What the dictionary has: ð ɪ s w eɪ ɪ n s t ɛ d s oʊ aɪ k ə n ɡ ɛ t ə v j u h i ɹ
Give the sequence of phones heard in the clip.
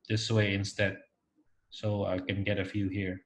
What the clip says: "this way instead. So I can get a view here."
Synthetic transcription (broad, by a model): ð ɪ s w eɪ ɪ n s t ɛ d s oʊ aɪ k ə n ɡ ɛ t ə f j u h i ɹ